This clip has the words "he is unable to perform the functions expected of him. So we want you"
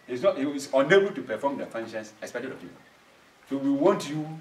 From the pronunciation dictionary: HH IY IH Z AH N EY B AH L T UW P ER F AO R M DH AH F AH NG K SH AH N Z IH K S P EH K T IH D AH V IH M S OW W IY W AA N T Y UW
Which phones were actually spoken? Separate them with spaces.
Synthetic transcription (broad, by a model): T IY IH S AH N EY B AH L T UW P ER F AO M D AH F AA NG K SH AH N S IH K S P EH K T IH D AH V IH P S OW W IY W AA N T Y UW